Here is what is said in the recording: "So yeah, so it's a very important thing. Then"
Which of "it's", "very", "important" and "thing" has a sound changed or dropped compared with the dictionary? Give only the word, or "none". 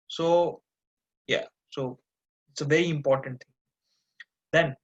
thing